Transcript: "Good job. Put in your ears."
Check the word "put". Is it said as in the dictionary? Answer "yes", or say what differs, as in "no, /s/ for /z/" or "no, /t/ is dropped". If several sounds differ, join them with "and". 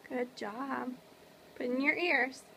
no, /b/ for /p/